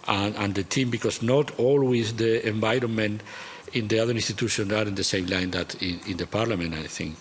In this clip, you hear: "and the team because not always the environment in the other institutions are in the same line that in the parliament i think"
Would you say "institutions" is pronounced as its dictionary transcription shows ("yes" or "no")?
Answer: no